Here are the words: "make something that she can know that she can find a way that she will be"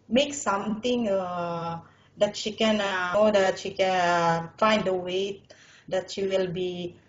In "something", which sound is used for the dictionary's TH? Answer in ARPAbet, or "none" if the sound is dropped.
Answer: T